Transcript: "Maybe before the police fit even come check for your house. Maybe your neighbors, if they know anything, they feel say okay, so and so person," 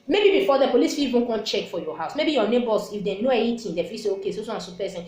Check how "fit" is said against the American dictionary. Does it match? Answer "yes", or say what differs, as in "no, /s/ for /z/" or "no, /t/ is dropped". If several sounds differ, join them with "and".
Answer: no, /t/ is dropped